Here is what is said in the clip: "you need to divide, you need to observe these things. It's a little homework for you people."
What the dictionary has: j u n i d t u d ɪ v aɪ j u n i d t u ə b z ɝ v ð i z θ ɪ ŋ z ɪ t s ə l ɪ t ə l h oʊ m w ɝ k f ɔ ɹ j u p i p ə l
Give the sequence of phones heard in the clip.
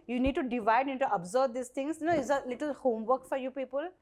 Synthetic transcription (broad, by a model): j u n i d t u d ɪ v aɪ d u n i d t u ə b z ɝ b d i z t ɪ ŋ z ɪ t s ə l ɪ t ə l h oʊ m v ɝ k f ɔ ɹ j u p i p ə l